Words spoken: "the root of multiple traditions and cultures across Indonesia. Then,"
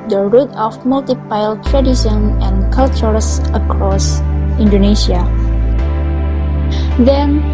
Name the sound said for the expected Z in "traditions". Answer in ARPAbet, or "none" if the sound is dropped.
none